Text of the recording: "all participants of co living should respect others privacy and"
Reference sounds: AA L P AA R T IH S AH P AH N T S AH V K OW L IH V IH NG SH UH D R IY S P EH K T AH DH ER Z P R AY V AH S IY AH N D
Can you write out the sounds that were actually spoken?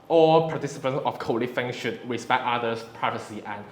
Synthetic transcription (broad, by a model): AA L P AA T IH S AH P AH N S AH F K OW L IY F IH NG SH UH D R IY S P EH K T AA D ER S P R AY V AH S IY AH N